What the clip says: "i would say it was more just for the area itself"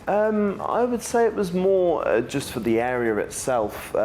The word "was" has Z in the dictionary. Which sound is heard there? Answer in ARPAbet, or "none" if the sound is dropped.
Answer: Z